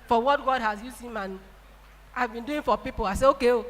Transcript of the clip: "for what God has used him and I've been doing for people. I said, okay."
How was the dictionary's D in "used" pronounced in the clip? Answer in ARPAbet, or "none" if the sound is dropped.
none